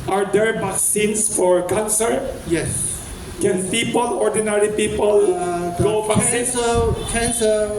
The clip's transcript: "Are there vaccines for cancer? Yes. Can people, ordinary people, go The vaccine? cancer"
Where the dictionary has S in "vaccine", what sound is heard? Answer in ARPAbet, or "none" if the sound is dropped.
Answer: none